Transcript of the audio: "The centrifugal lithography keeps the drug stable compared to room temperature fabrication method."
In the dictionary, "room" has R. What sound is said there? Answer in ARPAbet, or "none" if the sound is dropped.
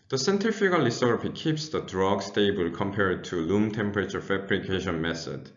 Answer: L